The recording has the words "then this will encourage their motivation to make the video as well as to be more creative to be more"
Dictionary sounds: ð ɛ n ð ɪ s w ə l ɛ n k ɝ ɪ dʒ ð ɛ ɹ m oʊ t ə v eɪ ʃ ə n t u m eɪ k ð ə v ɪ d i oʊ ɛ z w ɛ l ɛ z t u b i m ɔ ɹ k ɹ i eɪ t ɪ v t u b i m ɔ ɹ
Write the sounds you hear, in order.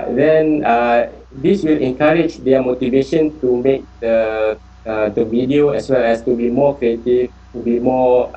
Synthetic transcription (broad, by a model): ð ɛ n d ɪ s w ə l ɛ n k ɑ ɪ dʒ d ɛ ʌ m oʊ t ə v eɪ ʃ ə n t u m eɪ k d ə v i d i oʊ ɛ s w ɛ l ɛ s t u b i m ɔ k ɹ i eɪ t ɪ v t u b i m ɔ